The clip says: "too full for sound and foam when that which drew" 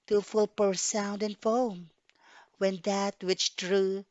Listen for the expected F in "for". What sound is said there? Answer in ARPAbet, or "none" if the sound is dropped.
P